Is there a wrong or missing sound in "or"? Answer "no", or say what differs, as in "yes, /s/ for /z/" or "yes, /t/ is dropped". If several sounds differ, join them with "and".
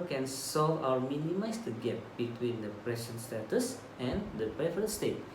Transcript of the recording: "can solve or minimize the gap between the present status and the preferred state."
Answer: yes, /w/ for /ɹ/